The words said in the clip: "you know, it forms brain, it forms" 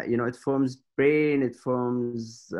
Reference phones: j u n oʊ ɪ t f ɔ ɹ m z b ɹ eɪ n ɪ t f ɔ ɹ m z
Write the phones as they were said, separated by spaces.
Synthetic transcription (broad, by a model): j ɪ n oʊ ɪ t f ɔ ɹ m z b ɹ eɪ n ɪ t f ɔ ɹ m z